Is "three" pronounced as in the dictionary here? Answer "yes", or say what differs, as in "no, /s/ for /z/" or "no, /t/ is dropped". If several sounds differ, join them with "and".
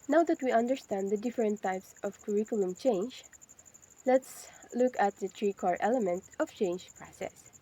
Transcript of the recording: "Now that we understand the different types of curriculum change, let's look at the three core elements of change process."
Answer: no, /t/ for /θ/